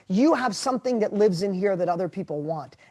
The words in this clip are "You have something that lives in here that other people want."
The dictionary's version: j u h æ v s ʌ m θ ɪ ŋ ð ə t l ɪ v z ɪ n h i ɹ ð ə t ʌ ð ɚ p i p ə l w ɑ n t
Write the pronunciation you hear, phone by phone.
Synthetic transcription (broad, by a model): j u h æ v s ʌ m θ ɪ ŋ ð ə t l ɪ v z ɪ n h i ɹ ð ə t ʌ ð ɚ p i p l w ɑ n t